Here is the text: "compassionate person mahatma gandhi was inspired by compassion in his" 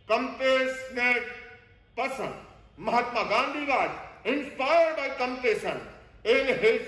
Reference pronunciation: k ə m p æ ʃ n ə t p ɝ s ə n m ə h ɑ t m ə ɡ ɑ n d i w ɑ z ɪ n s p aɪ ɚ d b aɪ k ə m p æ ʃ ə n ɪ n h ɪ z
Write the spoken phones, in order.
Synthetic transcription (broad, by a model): k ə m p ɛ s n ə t p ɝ s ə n m ə h ɑ t m ə ɡ ɑ n d i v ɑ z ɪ n s p aɪ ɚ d b aɪ k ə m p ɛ s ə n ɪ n h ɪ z